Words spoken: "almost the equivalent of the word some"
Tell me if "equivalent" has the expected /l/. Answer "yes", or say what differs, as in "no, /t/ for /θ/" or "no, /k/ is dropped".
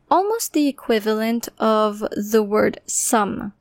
yes